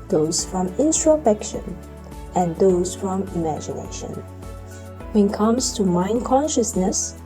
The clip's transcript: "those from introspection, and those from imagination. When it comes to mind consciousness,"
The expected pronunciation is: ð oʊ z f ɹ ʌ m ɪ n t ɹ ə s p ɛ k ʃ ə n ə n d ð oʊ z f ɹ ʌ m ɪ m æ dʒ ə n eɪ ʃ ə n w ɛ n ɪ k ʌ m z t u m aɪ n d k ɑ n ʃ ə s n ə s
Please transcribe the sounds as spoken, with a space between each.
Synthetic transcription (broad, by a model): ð oʊ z f ɹ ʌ m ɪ n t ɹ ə p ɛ k ʃ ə n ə n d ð oʊ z f ɹ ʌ m ɪ m æ dʒ ə n eɪ ʃ ə n w ɛ n k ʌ m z t u m aɪ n k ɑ n ʃ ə s n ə s